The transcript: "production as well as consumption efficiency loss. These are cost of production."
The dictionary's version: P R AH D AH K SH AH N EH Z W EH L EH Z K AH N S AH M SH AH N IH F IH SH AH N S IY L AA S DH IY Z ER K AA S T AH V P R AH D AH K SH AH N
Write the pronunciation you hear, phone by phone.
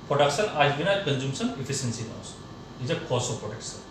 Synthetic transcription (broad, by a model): P R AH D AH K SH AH N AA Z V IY N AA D K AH N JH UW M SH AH N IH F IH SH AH N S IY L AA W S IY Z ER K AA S AH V P R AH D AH K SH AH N